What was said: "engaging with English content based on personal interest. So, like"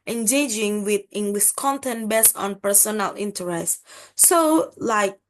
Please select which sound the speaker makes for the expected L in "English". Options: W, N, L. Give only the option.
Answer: W